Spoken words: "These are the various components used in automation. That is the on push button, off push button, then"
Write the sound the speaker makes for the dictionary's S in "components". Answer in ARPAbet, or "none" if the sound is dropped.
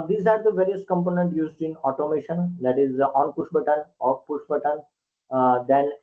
none